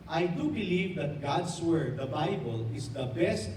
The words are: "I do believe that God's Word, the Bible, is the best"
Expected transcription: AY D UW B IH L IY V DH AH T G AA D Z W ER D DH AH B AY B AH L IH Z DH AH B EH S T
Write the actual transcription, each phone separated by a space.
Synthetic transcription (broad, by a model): AY D UW B IH L IY V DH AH T G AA D S W ER D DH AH B AY B AH L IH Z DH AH B EH S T